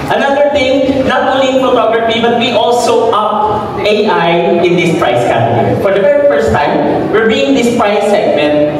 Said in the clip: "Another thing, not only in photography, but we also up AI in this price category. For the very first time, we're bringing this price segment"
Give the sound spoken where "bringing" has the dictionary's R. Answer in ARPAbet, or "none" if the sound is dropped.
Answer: none